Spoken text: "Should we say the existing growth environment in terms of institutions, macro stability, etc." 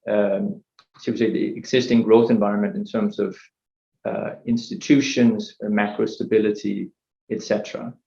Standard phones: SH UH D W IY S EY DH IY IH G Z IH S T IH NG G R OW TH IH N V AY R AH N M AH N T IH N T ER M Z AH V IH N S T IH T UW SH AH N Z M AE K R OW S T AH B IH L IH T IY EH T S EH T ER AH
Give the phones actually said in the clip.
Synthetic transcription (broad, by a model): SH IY S EY DH IY IH G Z IH S T IH NG G R OW TH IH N V AY R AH N M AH N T IH N T ER M Z AH V IH N S T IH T UW SH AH N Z M AE K R OW S T AH B IH L IH T IY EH T S EH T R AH